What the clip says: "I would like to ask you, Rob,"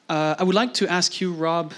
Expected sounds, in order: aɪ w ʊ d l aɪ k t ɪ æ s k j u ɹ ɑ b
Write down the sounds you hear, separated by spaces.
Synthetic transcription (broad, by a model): aɪ w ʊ d l aɪ k t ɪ æ s k j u ɹ ɑ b